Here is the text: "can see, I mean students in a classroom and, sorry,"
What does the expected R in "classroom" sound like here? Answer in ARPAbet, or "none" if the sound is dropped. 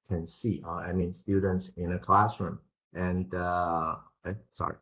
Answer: R